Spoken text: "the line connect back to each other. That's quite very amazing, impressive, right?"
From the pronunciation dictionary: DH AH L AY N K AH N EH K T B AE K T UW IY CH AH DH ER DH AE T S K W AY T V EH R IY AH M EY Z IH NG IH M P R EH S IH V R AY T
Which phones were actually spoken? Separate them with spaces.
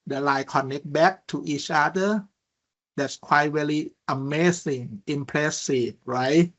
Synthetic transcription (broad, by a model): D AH L AY K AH N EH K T B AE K T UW IY CH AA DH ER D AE T S K W AY T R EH L IY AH M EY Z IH NG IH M P L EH S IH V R AY T